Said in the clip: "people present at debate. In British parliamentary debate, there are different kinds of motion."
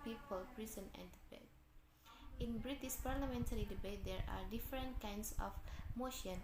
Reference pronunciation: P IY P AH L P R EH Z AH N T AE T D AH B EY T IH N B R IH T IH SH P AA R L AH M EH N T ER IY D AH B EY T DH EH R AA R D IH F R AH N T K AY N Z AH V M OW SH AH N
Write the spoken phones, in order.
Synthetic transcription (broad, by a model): P IY P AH L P R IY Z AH N AE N D AH B EY T IH N B R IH T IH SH P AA R L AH M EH N T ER IY D AH B EY T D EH R AA R D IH F R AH N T K AY N S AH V M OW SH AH N